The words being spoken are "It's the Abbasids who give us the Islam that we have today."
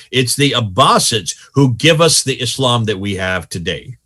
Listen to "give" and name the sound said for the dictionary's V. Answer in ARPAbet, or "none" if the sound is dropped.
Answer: V